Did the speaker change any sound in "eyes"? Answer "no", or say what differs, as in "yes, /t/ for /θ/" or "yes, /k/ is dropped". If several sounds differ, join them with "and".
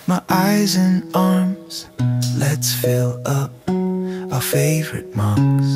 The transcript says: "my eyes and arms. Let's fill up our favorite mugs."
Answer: no